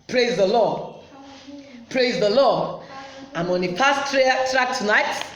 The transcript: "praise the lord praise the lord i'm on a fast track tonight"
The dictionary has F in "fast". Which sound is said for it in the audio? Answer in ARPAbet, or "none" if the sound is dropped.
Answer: P